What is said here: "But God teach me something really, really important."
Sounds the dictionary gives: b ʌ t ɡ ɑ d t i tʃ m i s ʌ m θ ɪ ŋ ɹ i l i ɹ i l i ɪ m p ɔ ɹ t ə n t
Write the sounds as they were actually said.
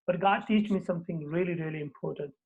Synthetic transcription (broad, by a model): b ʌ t ɡ ɑ d t i tʃ m i s ʌ m t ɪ ŋ ɹ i l i ɹ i l i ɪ m p ɔ ɹ t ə n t